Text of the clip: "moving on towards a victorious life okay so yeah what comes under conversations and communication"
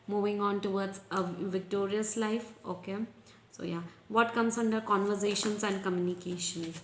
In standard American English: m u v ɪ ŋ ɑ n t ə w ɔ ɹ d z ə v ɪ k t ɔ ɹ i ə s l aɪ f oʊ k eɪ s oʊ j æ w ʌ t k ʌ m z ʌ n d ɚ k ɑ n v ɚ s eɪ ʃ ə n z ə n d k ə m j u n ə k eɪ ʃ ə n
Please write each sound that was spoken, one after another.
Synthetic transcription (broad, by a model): m u v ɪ ŋ ɑ n t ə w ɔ ɹ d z ə v ɪ k t ɔ ɹ i ə s l aɪ f oʊ k eɪ s oʊ j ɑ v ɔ t k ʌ m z ʌ n d ɚ k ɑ n v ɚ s eɪ ʃ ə n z ə n d k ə m j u n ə k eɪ ʃ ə n